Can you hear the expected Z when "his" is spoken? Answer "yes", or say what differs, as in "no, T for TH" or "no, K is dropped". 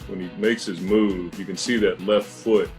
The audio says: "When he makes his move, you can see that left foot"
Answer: yes